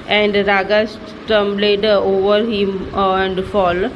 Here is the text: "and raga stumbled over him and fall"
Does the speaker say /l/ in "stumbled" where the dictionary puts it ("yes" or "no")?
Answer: no